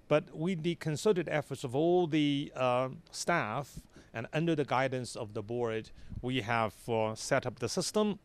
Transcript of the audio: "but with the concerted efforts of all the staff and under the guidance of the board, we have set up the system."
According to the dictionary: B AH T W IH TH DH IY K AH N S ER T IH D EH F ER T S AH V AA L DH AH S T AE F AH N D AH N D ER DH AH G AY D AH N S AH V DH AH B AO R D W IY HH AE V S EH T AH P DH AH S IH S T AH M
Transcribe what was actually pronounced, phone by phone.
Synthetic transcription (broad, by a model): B AH T W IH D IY K AH N S ER T IH D EH F ER T S AH V AA L DH AH S T AE F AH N AH N D ER DH AH G AY D N S AH V DH AH B AO R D W IY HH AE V S EH T AH P DH AH S IH S T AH M